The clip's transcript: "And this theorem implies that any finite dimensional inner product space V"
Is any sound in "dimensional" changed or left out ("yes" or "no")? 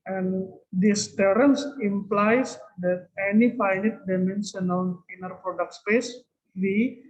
yes